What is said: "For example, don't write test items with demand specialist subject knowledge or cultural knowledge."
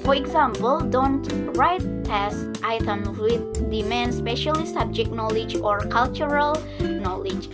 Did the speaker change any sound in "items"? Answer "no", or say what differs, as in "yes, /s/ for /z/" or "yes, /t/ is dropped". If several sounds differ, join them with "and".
yes, /z/ is dropped